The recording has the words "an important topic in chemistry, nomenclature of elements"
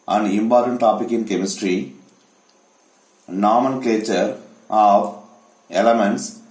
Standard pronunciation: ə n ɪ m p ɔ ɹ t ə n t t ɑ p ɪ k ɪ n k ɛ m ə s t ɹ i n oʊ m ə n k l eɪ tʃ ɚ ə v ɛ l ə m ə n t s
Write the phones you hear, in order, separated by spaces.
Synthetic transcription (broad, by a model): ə n ɪ m p ɔ ɹ t ə n t t ɑ p ɪ k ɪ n k ɛ m ə s t ɹ i n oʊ m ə n k l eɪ tʃ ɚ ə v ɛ l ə m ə n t s